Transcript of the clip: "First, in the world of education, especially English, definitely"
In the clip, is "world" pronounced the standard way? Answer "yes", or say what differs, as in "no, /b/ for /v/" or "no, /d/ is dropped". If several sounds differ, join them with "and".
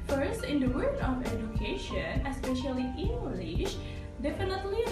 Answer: no, /l/ is dropped